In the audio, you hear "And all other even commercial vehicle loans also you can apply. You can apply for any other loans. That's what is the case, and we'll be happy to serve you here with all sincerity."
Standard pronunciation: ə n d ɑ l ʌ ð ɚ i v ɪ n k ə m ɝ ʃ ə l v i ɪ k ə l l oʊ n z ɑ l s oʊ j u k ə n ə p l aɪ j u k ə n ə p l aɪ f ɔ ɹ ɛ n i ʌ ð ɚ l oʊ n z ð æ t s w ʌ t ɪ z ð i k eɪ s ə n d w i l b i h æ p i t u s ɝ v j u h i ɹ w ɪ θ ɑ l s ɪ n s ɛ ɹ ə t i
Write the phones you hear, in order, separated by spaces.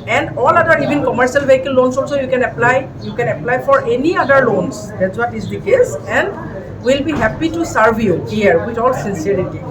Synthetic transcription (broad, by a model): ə n d ɑ l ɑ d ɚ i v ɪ n k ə m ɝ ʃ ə l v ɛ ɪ k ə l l oʊ n s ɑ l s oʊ j u k ə n ə p l aɪ j u k ə n ə p l aɪ f ɔ ɹ ɛ n i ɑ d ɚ l oʊ n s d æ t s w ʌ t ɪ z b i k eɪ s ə n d w i l b i h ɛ p i t u s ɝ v j u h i ɹ w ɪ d ɑ l s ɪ n s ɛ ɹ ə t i